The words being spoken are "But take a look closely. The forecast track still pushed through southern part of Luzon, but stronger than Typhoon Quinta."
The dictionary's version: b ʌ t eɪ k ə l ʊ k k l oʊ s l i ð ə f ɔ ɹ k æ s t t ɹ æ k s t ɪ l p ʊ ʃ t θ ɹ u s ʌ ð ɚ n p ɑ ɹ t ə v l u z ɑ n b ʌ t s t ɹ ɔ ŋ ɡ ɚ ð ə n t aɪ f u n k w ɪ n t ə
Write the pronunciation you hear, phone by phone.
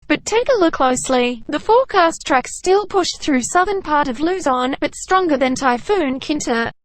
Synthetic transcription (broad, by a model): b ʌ t eɪ k ə l ʊ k k l oʊ s l i ð ə f ɔ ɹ k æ s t t ɹ æ k s t ɪ l p ʊ ʃ θ ɹ u s ʌ ð ɚ n p ɑ ɹ t ə v l u z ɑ n b ʌ t s t ɹ ɔ ŋ ɡ ɚ ð ə n t aɪ f u n k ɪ n t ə